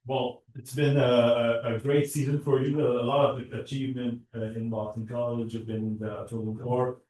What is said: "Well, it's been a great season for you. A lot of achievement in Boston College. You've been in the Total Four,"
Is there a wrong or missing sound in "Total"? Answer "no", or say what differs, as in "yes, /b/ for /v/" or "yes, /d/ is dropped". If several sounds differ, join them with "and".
yes, /n/ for /l/